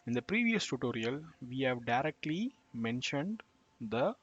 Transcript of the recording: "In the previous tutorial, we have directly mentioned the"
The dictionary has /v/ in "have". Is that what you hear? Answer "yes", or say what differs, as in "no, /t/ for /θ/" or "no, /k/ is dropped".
yes